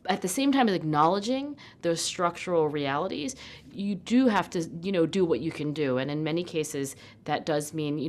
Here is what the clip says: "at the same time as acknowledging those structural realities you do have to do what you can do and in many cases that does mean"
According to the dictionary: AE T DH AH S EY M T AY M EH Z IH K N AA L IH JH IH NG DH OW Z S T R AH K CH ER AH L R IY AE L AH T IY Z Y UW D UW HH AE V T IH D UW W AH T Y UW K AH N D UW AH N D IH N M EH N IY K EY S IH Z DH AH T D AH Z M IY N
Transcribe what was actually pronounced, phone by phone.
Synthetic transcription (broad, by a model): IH T DH AH S EY M T AY M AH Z IH K N AA L IH JH IH NG DH OW Z S T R AH K CH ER L R IY AE L AH T IY Z Y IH D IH HH AE F T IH D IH W AH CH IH K AH N D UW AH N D IH N M EH N IY K EY S IH Z DH AH T D AH Z M IY N